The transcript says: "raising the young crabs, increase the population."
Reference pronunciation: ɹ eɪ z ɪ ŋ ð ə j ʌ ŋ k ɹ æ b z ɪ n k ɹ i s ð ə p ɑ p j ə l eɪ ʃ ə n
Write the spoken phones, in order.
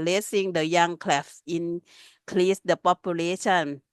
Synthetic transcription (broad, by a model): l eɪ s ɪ ŋ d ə j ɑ ŋ k l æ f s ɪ n k l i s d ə p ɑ p j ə l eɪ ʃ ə n